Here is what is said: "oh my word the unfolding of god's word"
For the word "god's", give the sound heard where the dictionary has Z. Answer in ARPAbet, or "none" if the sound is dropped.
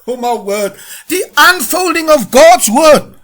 Z